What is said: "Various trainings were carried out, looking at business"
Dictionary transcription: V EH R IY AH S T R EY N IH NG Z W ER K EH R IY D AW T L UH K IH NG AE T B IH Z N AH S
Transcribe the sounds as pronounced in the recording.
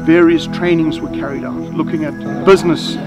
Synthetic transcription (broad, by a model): V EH R IY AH S T R EY N IH NG Z W ER K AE R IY D AW T L UH K IH NG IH T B IH Z N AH S